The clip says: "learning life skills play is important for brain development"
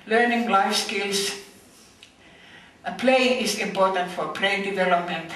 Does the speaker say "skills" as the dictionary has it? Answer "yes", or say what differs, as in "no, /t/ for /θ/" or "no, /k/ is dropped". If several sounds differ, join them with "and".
no, /s/ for /z/